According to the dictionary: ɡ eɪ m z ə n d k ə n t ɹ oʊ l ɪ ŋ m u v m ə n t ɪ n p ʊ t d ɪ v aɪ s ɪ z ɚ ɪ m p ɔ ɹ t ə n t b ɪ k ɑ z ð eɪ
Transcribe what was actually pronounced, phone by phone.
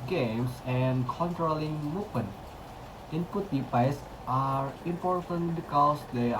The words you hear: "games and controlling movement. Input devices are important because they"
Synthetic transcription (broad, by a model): ɡ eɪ m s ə n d k ə n t ɹ oʊ l ɪ ŋ m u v m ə n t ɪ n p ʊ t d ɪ p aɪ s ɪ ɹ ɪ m p ɔ ɹ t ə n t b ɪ k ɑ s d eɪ